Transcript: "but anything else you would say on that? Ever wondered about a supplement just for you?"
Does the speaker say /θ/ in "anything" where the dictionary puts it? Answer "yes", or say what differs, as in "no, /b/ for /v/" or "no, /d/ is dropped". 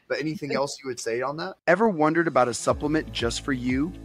yes